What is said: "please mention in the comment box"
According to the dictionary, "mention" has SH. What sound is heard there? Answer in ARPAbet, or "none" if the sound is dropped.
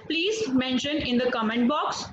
SH